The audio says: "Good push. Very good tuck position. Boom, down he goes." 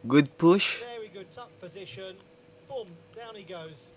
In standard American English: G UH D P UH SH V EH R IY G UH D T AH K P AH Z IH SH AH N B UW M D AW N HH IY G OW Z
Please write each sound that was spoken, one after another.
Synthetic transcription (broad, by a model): G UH D P UH SH V EH R IY G UH D T AH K P AH Z IH SH AH N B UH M D AW N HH IY G OW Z